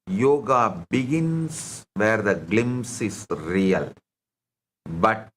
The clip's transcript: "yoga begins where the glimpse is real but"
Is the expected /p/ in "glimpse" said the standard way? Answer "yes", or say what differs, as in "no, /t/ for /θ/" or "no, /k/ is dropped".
no, /p/ is dropped